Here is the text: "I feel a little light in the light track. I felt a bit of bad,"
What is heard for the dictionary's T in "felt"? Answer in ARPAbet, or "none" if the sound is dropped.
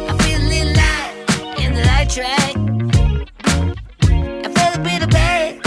none